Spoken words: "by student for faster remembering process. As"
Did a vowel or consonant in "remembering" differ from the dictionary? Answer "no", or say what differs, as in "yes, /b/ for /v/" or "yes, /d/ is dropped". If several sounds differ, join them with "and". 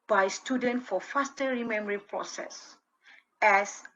yes, /b/ is dropped